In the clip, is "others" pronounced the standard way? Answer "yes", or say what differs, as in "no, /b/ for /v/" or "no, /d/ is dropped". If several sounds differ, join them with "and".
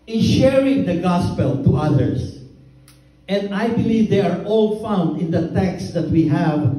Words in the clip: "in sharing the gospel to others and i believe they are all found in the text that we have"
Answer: no, /s/ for /z/